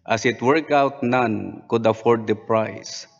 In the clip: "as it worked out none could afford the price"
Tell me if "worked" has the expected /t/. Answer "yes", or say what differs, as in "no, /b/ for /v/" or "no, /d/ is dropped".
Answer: no, /t/ is dropped